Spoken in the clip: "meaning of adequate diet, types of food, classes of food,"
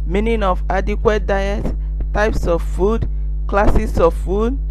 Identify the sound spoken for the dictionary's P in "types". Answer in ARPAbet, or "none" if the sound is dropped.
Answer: P